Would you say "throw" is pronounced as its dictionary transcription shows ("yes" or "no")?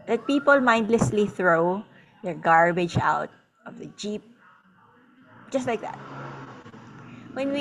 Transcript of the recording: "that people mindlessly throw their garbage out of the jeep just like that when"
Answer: yes